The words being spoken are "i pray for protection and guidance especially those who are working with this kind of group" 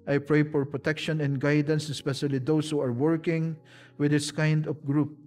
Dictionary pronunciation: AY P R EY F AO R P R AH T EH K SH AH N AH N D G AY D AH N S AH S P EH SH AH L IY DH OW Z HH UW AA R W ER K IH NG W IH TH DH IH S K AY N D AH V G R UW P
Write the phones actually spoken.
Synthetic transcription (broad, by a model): AY P R EY F AO R P R AH T EH K SH AH N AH N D G AY D AH N S AH S P EH SH AH L IY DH OW S HH UW AA R W ER K IH NG W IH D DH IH S K AY N D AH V G R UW P